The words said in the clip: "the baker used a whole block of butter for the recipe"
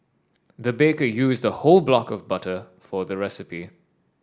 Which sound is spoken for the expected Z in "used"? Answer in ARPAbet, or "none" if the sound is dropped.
Z